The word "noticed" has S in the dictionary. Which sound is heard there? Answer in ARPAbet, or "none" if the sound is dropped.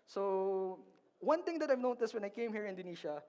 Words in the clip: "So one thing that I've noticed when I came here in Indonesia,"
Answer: S